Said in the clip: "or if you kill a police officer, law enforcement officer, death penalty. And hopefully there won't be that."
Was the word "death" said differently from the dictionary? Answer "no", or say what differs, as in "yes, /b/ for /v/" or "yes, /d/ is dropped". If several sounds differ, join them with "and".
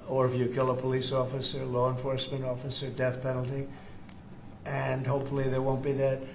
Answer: no